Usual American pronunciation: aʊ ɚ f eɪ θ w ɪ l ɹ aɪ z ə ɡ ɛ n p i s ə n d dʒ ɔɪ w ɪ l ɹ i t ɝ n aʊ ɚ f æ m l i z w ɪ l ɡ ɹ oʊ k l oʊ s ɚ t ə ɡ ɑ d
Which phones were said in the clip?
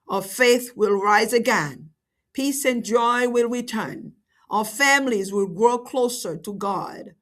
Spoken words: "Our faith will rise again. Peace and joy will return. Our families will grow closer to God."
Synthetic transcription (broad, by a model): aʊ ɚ f eɪ θ w ɪ l ɹ aɪ z ə ɡ ɛ n p i s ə n dʒ ɔɪ w ɪ l ɹ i t ɝ n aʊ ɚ f æ m l i z w ɪ l ɡ ɹ oʊ k l oʊ s ɚ t ə ɡ ɑ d